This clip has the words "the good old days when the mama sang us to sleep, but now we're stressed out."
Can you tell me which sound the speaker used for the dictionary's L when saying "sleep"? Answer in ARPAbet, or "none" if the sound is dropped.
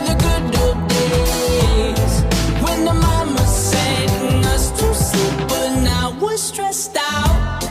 none